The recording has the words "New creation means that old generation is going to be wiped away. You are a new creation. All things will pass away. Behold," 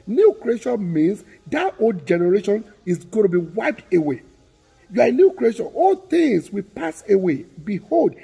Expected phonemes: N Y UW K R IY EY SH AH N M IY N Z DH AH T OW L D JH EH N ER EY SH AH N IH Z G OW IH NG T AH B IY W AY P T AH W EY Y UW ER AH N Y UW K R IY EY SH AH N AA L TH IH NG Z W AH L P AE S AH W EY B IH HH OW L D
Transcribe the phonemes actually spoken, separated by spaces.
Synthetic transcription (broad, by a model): N Y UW K R IY EY SH AH N M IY N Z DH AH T OW L D JH EH N ER EY SH AH N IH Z G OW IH T AH B IY W AY P T AH W EY Y UW AH N Y UW K R IY EY SH AH N AA L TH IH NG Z W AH P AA S AH W EY B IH HH OW L D